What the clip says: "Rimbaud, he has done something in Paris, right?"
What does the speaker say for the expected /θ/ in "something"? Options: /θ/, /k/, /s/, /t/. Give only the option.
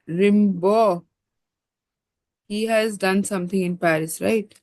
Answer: /t/